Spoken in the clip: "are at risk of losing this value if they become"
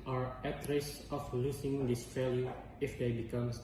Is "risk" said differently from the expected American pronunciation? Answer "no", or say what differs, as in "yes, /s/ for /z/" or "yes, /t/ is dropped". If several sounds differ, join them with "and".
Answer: yes, /k/ is dropped